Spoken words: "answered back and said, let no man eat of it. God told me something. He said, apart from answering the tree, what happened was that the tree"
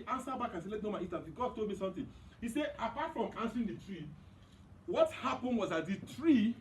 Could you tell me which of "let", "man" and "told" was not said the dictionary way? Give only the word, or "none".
man